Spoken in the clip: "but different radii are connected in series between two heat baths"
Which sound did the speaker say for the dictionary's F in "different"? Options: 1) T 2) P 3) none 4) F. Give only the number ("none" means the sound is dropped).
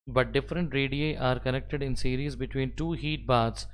4